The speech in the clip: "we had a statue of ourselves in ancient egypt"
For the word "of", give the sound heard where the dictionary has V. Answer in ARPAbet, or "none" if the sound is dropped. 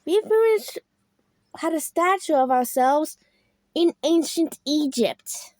V